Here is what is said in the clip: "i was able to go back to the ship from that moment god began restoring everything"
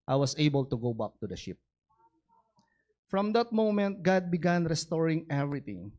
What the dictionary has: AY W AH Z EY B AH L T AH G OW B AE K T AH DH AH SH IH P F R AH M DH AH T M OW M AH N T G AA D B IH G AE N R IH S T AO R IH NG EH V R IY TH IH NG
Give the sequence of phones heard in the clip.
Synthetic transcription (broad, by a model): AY W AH S EY B AH L T AH G OW B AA K T AH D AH SH IH P F R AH M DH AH T M OW M AH N T G AA D B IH G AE N R IH S T AO R IH NG EH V R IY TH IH NG